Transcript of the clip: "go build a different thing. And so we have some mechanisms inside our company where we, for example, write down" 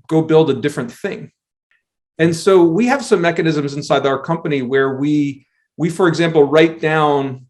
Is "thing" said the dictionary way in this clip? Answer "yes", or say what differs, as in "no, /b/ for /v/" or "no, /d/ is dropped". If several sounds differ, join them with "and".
yes